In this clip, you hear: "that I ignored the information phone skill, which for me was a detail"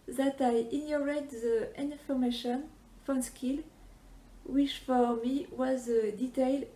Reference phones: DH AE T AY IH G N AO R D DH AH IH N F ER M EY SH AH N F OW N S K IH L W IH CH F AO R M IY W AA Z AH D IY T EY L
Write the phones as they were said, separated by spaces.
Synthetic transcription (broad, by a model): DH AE T AY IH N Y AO R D DH AH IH N F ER M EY SH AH N F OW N S K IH L W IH CH F AO R M IY W AA Z AH D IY T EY L